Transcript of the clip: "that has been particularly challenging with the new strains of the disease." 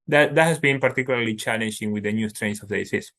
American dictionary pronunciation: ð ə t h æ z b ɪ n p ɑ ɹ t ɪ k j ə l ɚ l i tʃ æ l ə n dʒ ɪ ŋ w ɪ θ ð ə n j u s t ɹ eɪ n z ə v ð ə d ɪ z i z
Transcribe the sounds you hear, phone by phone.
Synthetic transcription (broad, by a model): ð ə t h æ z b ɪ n p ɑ ɹ t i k j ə l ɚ l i tʃ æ l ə n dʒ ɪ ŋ w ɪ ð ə n j u s t ɹ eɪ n s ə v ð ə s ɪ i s